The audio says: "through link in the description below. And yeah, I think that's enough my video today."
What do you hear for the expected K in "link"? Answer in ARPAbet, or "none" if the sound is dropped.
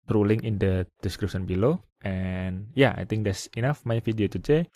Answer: none